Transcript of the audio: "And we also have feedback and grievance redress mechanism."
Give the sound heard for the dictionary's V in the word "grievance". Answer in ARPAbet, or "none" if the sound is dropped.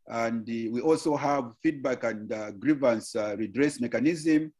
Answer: V